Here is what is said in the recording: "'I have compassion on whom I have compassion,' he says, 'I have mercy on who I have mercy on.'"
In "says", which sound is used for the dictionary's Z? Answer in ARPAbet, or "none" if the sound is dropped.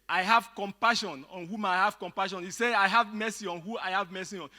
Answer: none